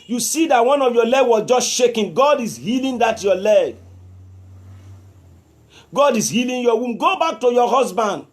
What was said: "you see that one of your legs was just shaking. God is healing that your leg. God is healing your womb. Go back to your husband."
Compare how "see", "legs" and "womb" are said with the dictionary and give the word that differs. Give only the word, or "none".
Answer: legs